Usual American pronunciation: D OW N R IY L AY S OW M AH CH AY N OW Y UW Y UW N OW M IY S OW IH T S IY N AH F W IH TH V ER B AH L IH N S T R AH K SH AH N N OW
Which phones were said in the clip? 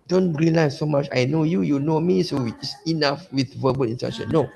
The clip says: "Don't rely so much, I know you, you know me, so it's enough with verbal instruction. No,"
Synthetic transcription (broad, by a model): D OW N R IY L AY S OW M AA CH AY N OW Y UW Y UW N OW M IY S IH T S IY N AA F W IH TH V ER B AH L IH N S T EH SH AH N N OW